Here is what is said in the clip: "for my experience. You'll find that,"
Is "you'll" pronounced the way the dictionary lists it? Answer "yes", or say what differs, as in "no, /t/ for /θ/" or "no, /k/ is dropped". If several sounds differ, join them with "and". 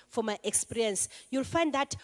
yes